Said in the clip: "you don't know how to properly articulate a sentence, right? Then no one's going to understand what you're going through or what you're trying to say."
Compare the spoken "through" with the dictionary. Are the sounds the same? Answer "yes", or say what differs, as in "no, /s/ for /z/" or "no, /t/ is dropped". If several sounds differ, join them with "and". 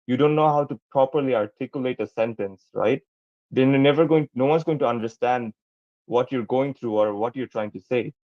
no, /t/ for /θ/